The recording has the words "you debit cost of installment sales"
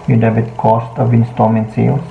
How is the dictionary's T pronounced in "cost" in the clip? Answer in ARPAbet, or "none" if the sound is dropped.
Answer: T